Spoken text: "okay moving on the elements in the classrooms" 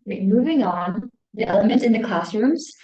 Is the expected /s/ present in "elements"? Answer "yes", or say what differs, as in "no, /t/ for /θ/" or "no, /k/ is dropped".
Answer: no, /s/ is dropped